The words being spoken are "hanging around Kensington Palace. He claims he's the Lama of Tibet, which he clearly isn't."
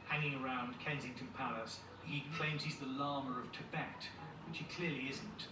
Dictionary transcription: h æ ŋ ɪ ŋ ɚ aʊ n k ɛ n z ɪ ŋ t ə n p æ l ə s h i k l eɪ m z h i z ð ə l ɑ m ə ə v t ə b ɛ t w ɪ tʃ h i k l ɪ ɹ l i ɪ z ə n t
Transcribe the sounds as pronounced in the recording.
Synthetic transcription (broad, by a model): h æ ŋ ɪ ŋ ɚ aʊ n k ɛ n z ɪ ŋ t ə n p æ l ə s h i k l eɪ m z h i z ð ə l ɑ m ə ə v t ə b ɛ t w ɪ tʃ h i k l ɪ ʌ l i ɪ z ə n t